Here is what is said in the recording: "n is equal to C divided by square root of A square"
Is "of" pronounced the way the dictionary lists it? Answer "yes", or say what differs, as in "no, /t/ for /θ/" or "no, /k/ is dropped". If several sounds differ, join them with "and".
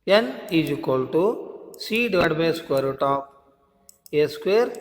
no, /p/ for /v/